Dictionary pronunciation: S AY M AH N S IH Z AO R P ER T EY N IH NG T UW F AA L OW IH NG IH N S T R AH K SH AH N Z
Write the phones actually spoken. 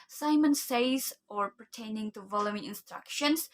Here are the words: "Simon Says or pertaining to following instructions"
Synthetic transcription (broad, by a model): S AY M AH N S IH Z AO R P ER T EY N IH NG T UW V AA L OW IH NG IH N S T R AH K SH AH N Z